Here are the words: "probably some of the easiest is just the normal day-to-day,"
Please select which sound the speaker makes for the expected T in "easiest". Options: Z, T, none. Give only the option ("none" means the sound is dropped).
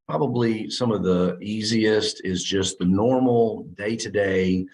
T